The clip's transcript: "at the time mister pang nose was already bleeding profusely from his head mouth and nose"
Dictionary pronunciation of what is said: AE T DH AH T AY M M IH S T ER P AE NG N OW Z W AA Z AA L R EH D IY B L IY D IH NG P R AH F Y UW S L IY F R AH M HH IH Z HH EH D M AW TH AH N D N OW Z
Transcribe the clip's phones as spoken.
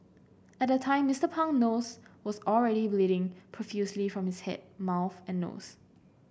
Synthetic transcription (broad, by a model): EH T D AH T AY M M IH S T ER P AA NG N OW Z W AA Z AA L R EH D IY B L IY D IH NG P R AH F Y UW S L IY F R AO M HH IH S HH EH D M AW TH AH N N OW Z